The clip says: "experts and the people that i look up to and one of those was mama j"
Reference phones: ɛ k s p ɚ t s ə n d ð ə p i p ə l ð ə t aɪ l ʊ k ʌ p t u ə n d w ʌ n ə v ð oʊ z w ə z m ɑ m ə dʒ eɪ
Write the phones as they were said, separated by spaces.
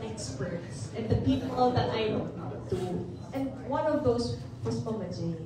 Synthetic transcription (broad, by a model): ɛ k s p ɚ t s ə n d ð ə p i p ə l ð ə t aɪ w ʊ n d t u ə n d w ʌ n ə v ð oʊ s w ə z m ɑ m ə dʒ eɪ